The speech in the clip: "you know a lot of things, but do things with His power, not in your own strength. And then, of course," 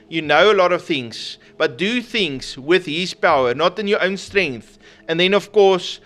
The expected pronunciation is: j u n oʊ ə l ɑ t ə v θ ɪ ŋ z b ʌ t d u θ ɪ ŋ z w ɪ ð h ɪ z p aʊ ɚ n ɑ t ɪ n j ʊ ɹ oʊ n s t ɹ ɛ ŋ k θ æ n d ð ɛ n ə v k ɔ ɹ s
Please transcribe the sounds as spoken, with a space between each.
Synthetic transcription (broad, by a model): j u n oʊ ə l ɑ t ə v θ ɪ ŋ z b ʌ t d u θ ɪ ŋ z w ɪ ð h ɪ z p aʊ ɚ n ɑ t ɪ n j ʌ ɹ oʊ n s t ɹ ɛ ŋ k θ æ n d ð ɛ n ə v k ɔ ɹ s